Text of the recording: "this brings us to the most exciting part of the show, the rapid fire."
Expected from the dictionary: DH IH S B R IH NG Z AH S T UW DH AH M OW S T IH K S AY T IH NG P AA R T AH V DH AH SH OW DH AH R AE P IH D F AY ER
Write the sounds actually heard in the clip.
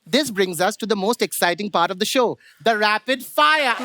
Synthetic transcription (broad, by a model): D IH S B R IH NG Z AH S T UW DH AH M OW S T IH K S AY T IH NG P AA R T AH V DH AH SH OW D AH R AE P IH D F AY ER